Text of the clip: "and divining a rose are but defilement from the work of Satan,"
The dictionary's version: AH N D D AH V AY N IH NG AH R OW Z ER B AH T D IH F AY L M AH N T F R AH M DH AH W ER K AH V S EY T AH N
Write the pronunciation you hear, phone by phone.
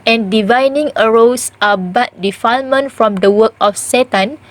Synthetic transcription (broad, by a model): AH N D D AH V AY N IH NG AH R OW S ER B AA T D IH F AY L M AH N T F R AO M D AH W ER K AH F S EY T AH N